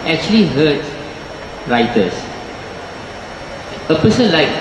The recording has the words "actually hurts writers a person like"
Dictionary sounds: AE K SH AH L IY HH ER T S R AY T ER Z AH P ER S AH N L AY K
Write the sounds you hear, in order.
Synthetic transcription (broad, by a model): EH K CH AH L IY HH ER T R AY T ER S AH P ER S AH N L AY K